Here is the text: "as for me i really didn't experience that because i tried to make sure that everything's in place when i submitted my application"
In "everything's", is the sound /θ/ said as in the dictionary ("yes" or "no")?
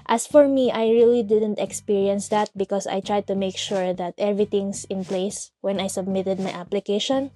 no